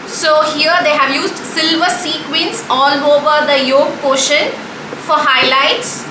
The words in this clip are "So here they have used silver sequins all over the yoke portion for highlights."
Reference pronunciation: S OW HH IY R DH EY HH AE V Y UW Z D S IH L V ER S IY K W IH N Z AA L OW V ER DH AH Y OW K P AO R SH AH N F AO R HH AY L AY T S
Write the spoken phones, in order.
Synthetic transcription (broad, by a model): S OW HH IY R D EY HH AE V Y UW Z D S IH L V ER S IY K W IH N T AA L OW V ER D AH Y OW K P AO SH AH N F AO R HH AY L AY T S